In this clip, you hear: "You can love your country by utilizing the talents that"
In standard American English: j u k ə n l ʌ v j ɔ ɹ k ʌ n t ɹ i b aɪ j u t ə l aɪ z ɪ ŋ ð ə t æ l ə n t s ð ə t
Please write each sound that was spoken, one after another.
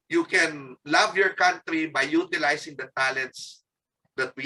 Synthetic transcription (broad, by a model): j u k ə n l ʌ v j ɔ ɹ k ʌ n t ɹ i b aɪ j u t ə l aɪ s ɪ ŋ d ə t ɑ l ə n t s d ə t